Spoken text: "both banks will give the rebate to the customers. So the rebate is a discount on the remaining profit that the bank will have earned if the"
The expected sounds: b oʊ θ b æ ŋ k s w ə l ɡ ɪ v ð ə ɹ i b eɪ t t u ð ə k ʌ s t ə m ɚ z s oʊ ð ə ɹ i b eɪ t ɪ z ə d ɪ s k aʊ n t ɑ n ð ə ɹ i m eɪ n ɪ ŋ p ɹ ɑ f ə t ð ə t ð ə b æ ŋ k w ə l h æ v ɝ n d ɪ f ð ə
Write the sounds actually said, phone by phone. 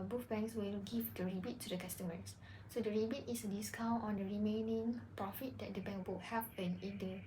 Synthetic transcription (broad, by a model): b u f b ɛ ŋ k s w ə l ɡ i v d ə ɹ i b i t t u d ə k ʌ s t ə m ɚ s s oʊ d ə ɹ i b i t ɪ s ə d ɪ s k aʊ n t ɑ n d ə ɹ i m eɪ n ɪ ŋ p ɹ ɑ f ə t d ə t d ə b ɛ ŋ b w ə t h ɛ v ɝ n ɪ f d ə